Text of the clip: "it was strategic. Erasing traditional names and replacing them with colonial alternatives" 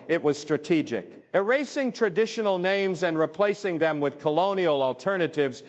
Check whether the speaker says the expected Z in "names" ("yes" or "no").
yes